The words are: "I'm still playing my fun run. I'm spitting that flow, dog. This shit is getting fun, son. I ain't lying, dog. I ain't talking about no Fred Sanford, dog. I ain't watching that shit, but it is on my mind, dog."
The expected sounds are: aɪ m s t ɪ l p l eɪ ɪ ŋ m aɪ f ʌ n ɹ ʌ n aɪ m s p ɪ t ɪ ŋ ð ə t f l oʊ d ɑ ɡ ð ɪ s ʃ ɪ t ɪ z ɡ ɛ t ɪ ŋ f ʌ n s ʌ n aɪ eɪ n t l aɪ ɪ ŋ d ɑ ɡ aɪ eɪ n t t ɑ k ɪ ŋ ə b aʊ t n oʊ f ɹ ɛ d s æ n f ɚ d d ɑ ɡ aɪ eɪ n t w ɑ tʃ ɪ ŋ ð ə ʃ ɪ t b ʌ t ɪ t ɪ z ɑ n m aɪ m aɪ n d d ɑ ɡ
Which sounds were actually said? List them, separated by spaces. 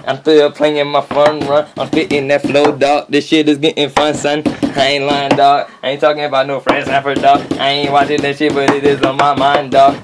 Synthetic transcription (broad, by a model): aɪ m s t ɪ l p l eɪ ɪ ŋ m aɪ f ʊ n ɹ ʌ n aɪ m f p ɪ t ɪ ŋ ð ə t f l oʊ d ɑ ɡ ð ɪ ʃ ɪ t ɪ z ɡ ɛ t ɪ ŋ f ʌ n s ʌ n aɪ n l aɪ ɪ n d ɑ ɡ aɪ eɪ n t t ɑ k ɪ ŋ ə b aʊ t n oʊ f ɹ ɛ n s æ f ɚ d d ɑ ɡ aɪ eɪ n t w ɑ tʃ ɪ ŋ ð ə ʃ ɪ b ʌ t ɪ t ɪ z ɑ m aɪ m aɪ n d d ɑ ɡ